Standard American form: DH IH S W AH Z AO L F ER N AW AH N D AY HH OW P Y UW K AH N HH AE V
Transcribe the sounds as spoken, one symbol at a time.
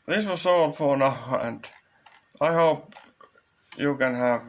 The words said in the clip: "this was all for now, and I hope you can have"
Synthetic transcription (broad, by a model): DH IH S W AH S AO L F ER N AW AH N D AY HH OW P Y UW K AH N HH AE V